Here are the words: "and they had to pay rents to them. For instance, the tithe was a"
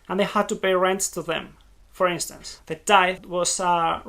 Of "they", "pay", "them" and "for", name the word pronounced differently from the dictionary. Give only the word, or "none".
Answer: pay